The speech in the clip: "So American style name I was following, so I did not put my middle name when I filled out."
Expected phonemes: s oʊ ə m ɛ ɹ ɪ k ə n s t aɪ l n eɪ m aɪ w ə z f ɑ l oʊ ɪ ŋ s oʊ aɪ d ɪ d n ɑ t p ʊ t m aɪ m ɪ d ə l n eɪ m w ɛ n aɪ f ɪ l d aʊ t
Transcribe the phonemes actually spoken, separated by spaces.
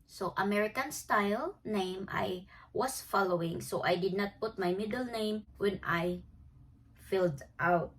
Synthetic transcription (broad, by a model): s oʊ ə m ɛ ɹ ɪ k ə n s t aɪ l n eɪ m aɪ w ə s f ɑ l oʊ ɪ ŋ s oʊ aɪ d ɪ d n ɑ t p ʊ t m aɪ m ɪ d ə l n eɪ m w ɛ n aɪ f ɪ l d aʊ t